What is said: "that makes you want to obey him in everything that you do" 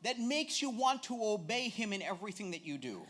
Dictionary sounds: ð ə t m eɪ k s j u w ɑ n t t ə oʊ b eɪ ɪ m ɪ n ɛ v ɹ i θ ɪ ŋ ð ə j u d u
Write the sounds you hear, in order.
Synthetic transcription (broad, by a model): ð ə t m eɪ k s j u w ɑ n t t ə oʊ b eɪ ɪ m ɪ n ɛ v ɹ i θ ɪ ŋ ð ə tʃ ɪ d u